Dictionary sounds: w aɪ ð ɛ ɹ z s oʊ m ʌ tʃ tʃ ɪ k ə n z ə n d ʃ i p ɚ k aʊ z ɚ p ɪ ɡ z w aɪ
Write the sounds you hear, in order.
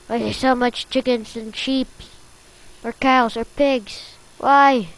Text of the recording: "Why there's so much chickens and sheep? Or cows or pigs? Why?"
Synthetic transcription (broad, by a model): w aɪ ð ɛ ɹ s oʊ m ʌ tʃ tʃ ɪ k ə n z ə n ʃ i p ɚ k aʊ z ɚ p ɪ ɡ z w aɪ